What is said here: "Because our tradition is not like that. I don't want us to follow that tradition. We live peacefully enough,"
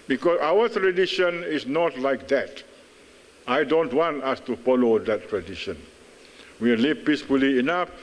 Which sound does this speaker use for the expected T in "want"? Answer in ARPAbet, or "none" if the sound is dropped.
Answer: T